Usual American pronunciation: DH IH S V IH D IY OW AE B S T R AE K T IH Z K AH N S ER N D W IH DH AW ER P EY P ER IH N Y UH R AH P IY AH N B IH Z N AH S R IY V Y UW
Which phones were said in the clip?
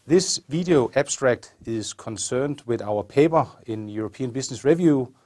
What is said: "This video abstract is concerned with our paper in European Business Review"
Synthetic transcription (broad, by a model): DH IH S V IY D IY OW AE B S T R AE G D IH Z K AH N S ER N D W IH DH AW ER P EY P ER IH N Y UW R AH P IY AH N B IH S N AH S R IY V Y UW